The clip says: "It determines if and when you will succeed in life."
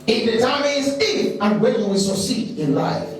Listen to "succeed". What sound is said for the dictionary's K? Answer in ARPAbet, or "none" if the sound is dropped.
none